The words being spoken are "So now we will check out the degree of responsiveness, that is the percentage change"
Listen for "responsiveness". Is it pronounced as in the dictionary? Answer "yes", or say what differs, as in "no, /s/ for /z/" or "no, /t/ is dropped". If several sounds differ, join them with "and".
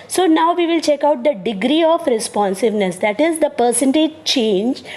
yes